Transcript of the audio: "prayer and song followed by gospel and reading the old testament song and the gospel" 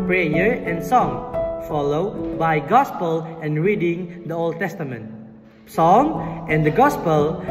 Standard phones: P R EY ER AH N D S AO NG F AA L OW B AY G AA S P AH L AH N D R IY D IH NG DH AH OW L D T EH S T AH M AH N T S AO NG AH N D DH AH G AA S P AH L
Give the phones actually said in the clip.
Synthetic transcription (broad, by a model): P R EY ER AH N S AO NG F AA L OW B AY G AA S P AH L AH N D R IY D IH NG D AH OW L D T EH S T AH M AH N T S AO NG AH N D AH G AA S P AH L